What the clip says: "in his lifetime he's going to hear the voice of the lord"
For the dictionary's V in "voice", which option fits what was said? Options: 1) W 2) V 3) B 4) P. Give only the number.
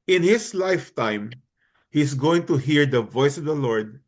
2